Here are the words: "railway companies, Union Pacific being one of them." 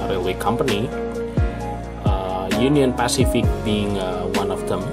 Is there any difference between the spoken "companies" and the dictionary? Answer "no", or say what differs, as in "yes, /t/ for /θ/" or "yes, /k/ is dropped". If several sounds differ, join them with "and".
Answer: yes, /z/ is dropped